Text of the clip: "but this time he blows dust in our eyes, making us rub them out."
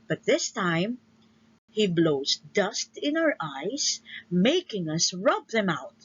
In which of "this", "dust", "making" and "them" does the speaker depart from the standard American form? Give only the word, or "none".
none